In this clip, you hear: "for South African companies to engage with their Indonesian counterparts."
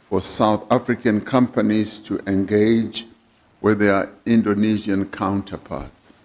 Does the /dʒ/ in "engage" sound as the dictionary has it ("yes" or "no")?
yes